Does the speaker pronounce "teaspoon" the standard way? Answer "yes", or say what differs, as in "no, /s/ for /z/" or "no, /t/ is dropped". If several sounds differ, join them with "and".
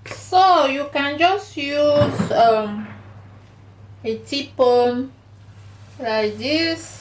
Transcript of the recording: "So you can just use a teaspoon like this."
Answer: no, /s/ is dropped